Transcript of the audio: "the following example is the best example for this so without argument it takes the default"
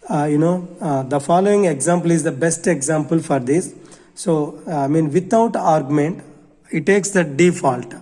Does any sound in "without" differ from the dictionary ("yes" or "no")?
yes